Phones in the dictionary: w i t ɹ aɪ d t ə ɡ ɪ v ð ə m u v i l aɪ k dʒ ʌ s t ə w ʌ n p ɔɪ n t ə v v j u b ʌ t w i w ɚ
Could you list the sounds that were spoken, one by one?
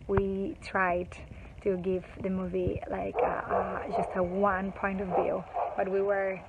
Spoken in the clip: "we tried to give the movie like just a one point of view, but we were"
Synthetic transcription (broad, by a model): w i t ɹ aɪ d t ə ɡ ɪ v ð ə m u v i l aɪ k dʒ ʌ s t ə w ʌ n p ɔɪ n t ə v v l b ʌ t w i w ɚ